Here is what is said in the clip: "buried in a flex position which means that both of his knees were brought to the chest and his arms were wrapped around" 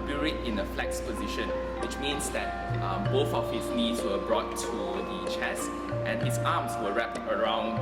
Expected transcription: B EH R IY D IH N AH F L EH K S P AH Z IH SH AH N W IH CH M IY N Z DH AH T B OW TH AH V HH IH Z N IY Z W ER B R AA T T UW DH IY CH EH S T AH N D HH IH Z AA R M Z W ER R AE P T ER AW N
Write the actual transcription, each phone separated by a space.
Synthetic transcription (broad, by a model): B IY R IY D IH N AH F L EH K S P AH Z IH SH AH N W IH CH M IY N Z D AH T B OW TH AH F HH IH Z N IY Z W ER B R AA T T UW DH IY CH EH S T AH N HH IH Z AA M S W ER R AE P T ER AW N